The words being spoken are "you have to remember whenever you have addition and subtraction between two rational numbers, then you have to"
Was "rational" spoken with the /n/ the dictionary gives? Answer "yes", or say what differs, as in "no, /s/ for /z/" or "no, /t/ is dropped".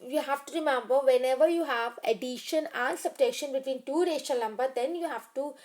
no, /n/ is dropped